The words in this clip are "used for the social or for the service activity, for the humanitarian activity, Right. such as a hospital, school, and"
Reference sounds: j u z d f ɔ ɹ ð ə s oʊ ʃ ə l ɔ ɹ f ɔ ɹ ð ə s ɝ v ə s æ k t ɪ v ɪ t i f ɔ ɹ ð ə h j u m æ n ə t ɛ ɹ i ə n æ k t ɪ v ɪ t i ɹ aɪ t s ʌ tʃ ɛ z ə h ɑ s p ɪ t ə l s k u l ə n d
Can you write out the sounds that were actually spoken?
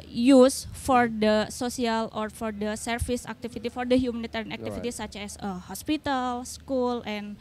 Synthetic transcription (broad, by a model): j u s f ɔ ɹ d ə s oʊ s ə l ɔ ɹ f ɔ ɹ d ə s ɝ f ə s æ k t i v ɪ t i f ɔ ɹ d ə h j u m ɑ n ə t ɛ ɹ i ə n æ k t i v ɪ t i s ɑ tʃ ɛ s ə h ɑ s p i t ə l s k u l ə n